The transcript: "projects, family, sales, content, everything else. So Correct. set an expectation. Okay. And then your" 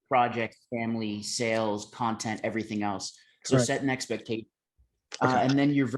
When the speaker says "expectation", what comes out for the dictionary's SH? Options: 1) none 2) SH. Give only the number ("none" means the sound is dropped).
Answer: 1